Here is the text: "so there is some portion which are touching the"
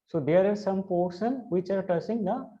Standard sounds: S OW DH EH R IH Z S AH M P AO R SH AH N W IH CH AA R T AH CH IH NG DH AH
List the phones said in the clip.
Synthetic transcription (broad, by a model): S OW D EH R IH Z S AH M P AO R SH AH N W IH CH AA R T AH S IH NG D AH